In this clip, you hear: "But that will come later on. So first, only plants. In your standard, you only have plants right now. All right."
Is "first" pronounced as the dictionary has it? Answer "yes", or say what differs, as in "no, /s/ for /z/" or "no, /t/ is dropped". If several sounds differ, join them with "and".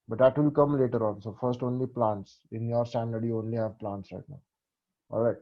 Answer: yes